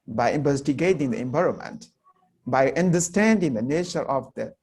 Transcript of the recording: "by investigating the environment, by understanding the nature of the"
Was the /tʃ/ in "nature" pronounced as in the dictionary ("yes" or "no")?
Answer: no